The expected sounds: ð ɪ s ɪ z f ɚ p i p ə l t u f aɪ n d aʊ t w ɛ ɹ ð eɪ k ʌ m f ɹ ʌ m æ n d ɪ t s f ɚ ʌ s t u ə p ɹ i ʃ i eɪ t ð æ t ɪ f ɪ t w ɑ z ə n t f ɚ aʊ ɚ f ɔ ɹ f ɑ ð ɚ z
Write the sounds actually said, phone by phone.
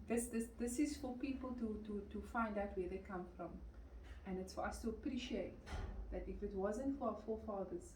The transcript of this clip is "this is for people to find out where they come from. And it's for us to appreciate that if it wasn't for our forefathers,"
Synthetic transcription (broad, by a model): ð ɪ s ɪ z f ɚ p i p ə l t u f aɪ n d aʊ t w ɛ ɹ ð eɪ k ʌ m f ɹ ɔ m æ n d ɪ t s f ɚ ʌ s t u ə p ɹ i ʃ i eɪ t ð æ t ɪ f ɪ t w ɑ z ə n t f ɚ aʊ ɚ f ɔ f ɑ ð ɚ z